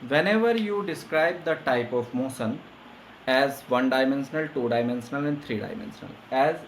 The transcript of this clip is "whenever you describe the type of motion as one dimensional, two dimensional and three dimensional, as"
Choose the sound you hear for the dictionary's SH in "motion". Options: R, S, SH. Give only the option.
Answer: S